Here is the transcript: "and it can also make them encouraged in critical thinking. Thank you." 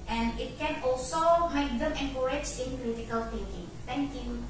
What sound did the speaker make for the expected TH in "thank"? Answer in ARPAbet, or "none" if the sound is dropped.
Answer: T